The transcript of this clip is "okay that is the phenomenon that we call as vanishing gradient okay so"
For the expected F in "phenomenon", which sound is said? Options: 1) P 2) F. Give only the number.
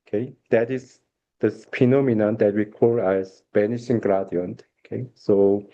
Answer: 1